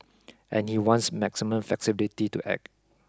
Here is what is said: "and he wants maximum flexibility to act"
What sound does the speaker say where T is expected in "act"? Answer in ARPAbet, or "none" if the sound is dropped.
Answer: none